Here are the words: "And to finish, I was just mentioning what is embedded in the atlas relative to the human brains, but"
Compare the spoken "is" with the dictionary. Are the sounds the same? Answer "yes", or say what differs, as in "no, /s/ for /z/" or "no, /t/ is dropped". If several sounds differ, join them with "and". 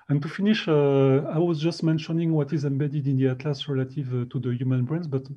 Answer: yes